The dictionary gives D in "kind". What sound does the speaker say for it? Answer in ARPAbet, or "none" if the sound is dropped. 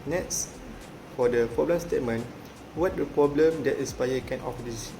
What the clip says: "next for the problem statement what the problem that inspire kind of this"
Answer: none